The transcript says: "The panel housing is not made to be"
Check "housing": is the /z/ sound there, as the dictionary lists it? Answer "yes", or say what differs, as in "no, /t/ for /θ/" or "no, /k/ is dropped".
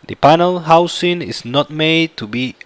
no, /s/ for /z/